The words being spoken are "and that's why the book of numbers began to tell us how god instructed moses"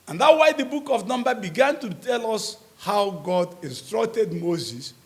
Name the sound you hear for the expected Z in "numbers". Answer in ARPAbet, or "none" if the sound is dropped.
none